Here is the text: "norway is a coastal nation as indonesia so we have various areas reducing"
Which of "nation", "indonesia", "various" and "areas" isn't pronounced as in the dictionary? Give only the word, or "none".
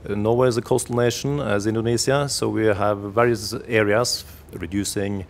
indonesia